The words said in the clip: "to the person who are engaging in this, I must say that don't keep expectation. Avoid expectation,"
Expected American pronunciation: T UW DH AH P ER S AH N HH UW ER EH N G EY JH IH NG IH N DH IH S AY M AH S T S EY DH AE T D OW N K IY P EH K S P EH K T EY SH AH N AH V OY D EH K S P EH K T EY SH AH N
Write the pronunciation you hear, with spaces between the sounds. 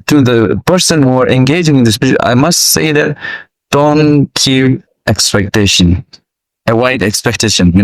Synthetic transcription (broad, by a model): T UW DH AH P ER S AH N HH UW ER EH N G EY JH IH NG IH N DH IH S AY M AH S T S EY DH AE T D OW N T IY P EH K S P EH K T EY SH AH N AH W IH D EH K S P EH K T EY SH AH N